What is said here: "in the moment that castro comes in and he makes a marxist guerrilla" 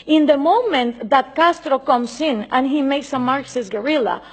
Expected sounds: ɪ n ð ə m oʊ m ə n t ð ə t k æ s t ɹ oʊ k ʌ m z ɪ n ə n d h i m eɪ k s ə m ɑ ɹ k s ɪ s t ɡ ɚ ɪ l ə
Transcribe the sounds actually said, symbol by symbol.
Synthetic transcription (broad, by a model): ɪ n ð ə m oʊ m ə n t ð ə t k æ s t ɹ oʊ k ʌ m s ɪ n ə n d h i m eɪ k s ə m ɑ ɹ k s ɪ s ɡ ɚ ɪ l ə